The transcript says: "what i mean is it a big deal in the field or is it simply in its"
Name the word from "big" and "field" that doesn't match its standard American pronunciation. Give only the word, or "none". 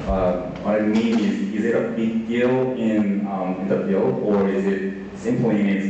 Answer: field